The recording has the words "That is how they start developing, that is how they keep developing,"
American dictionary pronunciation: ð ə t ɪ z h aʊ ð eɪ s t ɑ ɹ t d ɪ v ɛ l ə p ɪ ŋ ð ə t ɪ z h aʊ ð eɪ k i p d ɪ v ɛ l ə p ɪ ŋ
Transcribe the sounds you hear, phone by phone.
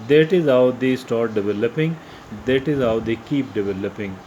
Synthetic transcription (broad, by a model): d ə t ɪ z h aʊ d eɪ s t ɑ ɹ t d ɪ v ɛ l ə p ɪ ŋ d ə t ɪ z h aʊ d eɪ k i p d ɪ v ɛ l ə p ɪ ŋ